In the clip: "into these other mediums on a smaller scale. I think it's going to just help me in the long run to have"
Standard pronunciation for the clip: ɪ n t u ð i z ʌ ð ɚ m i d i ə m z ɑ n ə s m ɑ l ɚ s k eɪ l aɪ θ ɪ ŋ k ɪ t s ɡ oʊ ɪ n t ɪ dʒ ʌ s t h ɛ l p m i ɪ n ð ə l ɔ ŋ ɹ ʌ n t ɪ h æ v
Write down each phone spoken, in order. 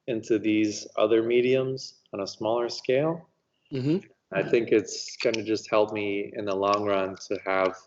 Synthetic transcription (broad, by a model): ɪ n t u ð i z ʌ ð ɚ m i d i ə m z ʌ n ə s m ɑ l ɚ s k eɪ l aɪ θ ɪ ŋ k ɪ t s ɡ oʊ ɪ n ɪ dʒ ʌ s t h ɛ l p m i ɪ n ð ə l ɔ ŋ ɹ ʌ n t ɪ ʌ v